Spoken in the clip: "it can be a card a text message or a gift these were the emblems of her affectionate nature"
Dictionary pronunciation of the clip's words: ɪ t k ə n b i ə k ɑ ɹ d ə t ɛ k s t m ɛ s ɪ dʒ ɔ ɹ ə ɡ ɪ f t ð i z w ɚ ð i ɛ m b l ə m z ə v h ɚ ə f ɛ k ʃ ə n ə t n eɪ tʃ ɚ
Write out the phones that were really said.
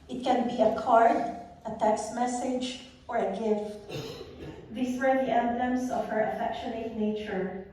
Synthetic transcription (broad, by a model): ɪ t k ə n b i ə k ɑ ɹ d ə t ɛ k s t m ɛ s ɪ dʒ ɔ ɹ ə ɡ ɪ f t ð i s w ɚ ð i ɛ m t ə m s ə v h ɚ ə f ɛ k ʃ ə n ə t n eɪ tʃ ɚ